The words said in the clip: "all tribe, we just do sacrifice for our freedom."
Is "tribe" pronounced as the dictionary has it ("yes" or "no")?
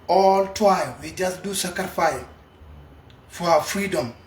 no